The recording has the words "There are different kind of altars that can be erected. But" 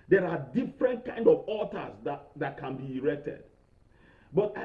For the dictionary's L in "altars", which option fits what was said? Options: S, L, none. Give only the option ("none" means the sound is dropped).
none